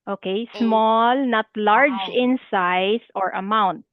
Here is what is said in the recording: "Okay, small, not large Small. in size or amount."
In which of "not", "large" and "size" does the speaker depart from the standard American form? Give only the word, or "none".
size